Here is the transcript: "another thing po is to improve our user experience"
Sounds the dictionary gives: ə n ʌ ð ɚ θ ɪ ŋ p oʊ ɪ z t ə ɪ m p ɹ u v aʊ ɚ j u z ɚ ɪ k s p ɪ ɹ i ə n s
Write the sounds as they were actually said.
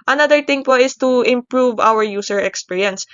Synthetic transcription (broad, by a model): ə n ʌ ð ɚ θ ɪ ŋ p oʊ ɪ s t ə ɪ m p ɹ u v aʊ ɚ j u s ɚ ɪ k s p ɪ ɹ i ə n s